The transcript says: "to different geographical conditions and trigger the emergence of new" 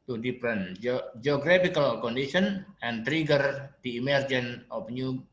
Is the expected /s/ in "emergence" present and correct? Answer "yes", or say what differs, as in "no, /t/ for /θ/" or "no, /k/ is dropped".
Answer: no, /s/ is dropped